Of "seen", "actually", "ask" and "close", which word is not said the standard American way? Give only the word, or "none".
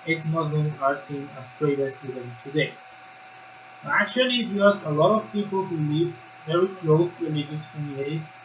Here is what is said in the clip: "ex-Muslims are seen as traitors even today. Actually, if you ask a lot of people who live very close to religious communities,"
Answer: ask